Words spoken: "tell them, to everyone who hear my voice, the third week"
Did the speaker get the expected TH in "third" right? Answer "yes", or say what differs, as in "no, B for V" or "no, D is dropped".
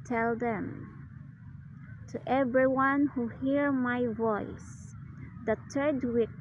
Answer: no, T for TH